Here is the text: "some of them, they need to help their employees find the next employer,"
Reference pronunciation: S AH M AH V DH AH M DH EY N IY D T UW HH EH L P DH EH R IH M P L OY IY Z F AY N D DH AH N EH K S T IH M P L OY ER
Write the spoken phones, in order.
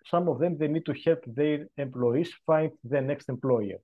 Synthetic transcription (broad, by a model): S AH M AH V DH AH M DH EY N IY D T UW HH EH L P DH EH R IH M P L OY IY S F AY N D DH AH N EH K S T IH M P L OY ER